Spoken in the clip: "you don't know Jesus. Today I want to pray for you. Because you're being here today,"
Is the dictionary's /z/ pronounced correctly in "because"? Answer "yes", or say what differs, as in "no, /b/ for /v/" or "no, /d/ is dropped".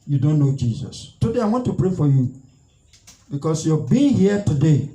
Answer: no, /s/ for /z/